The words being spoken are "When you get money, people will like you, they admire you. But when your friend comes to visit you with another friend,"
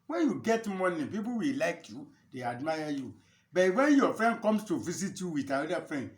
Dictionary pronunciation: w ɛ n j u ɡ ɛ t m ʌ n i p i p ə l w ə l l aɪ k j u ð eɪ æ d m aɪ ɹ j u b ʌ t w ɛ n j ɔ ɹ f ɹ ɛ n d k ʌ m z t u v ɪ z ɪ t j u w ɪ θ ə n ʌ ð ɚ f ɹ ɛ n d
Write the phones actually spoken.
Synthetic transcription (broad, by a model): w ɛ n j u ɡ ɛ t m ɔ n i p i p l w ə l l aɪ k j u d eɪ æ d m aɪ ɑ j u b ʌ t w ɛ n j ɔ f ɹ ɛ n d k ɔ m s t u v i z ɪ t j u w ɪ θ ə ʌ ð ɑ f ɹ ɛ n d